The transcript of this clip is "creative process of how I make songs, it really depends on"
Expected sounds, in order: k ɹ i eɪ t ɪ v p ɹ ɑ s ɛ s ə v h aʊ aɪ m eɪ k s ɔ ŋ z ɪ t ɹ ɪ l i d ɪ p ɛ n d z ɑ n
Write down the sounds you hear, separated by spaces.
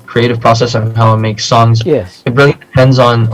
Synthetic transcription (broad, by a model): k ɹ i eɪ t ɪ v p ɹ ɑ s ɛ s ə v h aʊ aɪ m eɪ k s ɔ ŋ z ɪ t ɹ ɪ l i d ɪ p ɛ n d z n